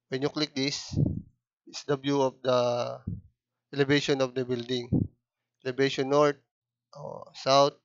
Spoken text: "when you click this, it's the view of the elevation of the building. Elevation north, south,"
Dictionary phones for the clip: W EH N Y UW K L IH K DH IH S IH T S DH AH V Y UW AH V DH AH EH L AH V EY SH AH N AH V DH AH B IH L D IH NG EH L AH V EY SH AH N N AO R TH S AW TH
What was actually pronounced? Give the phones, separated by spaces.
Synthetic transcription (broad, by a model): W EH N Y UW K L IH K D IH S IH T S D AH B Y UW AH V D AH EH L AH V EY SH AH N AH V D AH B IH L D IH NG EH L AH B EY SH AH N N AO R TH S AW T